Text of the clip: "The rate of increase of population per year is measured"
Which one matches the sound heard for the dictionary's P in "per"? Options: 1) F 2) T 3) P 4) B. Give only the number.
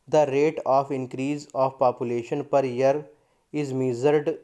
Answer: 3